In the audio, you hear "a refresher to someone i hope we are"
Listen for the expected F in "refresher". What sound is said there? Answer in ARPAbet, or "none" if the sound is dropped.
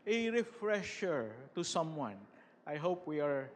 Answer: F